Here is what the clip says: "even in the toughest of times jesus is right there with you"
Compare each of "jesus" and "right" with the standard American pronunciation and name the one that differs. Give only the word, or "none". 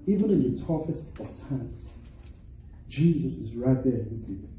none